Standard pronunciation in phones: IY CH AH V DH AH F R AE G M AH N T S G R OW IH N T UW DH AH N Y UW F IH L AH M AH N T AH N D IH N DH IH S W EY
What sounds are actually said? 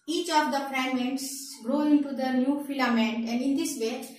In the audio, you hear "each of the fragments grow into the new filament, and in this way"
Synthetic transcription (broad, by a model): IY CH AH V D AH P R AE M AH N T S R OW IH N T UW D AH N Y UW F IH L AH M AH N T AH N D IH N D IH S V EY